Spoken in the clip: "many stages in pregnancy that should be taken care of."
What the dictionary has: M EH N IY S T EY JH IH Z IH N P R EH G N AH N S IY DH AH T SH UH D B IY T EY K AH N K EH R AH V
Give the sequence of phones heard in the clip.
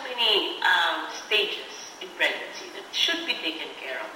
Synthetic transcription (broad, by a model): M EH N IY S T EY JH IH S IH N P R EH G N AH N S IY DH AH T SH UH D B IY T EY K AH N K EH R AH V